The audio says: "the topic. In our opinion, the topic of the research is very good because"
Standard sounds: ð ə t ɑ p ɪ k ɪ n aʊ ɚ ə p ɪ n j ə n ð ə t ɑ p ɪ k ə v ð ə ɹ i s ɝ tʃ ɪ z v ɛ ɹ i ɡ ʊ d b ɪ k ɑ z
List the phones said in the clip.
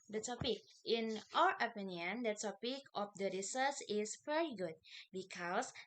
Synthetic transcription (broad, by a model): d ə t ɑ p ɪ k ɪ n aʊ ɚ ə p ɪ n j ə n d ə t ɑ p ɪ k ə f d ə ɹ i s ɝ s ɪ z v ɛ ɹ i ɡ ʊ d b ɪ k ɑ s